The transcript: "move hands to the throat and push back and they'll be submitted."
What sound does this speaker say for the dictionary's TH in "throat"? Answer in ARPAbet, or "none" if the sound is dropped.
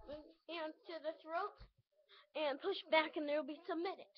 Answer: TH